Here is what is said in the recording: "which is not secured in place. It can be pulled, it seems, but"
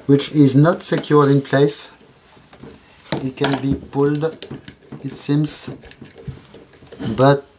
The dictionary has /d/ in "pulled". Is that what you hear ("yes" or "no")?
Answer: yes